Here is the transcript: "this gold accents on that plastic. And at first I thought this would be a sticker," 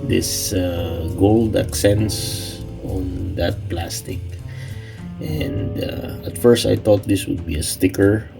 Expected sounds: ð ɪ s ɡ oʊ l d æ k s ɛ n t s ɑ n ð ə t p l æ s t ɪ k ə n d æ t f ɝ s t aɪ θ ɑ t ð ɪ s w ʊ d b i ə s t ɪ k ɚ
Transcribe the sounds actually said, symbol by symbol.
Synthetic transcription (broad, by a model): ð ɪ s ɡ oʊ l d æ k s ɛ n s ɑ n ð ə t p l æ s t ɪ k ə n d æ t f ɝ s t aɪ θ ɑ t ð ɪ s w ʊ d b i ə s t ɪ k ɚ